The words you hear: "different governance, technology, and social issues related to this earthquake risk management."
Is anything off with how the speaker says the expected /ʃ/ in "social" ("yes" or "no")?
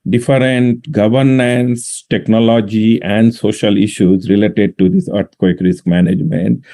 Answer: no